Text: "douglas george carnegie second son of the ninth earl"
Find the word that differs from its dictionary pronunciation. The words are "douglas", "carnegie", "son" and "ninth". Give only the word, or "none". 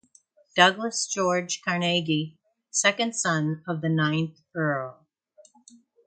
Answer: none